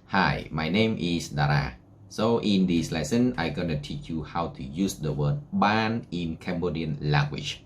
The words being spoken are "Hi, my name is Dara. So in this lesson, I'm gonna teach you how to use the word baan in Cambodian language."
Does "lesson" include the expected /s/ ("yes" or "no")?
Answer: yes